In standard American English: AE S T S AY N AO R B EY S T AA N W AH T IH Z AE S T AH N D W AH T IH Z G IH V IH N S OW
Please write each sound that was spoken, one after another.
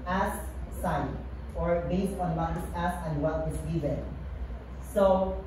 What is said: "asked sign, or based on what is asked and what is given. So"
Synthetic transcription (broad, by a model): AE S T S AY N AO R B EY S T AA N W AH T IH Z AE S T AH N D W AH T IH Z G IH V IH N S OW